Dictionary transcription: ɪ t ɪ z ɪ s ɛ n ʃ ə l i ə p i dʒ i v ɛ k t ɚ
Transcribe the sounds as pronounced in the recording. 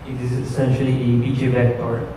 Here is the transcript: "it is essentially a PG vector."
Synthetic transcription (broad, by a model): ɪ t ɪ z ɪ s ɛ n ʃ ə l i ə b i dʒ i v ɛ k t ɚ